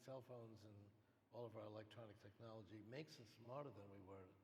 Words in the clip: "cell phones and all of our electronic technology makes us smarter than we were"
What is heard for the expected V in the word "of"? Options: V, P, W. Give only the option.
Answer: V